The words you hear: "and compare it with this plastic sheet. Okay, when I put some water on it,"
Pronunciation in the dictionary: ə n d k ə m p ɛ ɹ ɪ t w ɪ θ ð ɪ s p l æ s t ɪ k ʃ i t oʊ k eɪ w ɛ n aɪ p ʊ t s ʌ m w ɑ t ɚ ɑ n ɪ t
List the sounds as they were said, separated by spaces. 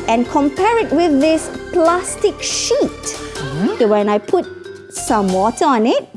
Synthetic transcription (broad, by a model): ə n k ə m p ɛ ɹ ɪ t w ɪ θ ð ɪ s p l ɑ s t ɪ k ʃ i t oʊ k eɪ w ɛ n aɪ p ʊ t s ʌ m w ɑ t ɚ ɑ n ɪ t